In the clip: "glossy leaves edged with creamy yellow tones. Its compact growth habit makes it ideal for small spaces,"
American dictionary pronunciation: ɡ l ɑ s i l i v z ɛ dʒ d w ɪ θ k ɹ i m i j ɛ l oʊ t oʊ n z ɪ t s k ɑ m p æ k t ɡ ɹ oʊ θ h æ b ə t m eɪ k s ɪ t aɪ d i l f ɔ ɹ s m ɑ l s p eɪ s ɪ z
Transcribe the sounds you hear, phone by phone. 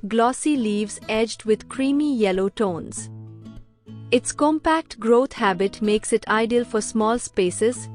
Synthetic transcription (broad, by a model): ɡ l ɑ s i l i v z ɛ dʒ d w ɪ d k ɹ i m i j ɛ l oʊ t oʊ n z ɪ t s k ɑ m p æ k t ɡ ɹ oʊ t h æ b ə t m eɪ k s ɪ t aɪ d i l f ɔ ɹ s m ɑ l s p eɪ s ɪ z